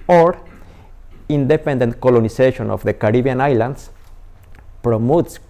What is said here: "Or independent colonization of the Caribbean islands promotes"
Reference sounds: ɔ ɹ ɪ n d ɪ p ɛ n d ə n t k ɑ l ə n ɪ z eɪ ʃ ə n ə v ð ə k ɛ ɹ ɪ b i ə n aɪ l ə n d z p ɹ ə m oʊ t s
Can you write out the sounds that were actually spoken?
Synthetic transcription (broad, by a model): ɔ ɹ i n d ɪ p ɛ n d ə n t k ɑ l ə n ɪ s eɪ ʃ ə n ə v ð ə k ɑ ɹ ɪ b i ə n aɪ l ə n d s p ɹ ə m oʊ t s